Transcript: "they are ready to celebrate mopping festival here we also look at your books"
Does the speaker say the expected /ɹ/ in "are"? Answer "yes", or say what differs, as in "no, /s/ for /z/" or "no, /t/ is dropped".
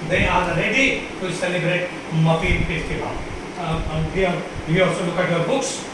no, /l/ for /ɹ/